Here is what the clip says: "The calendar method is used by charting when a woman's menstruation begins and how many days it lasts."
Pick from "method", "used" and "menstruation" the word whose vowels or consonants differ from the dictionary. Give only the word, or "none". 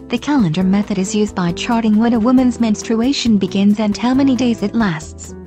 none